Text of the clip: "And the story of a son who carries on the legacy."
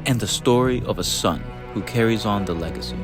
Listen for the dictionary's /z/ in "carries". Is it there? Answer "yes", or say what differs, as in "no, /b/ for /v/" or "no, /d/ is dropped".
yes